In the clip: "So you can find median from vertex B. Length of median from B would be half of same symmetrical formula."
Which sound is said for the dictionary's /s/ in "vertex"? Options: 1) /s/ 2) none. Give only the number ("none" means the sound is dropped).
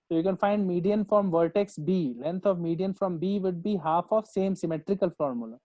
1